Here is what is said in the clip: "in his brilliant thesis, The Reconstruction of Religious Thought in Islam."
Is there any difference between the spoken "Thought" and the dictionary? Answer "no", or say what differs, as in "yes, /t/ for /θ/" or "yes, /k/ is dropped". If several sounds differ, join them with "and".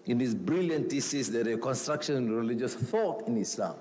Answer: yes, /f/ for /θ/